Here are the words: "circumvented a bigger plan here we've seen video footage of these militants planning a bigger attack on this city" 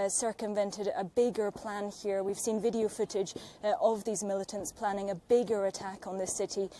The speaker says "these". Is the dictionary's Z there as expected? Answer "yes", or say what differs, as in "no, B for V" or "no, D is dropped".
yes